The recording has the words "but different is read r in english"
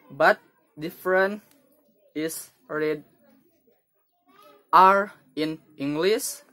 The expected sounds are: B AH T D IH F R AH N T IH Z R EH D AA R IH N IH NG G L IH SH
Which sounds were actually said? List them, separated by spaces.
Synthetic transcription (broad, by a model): B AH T D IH F R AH N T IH S R EH D AA R IH N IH NG G L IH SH